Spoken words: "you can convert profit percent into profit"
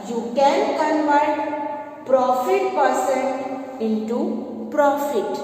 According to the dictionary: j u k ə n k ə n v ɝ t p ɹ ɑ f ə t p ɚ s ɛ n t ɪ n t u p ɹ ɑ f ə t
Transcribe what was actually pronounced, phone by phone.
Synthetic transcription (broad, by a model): j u k ə n k ə n v ɝ t p ɹ ɑ f ə t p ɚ s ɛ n ɪ n t u p ɹ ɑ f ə t